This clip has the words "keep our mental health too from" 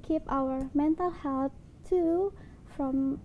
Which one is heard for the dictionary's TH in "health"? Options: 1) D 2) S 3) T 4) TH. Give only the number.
3